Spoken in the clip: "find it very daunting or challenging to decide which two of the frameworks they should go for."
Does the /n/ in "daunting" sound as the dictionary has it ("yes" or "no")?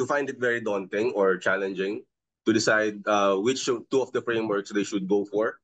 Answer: yes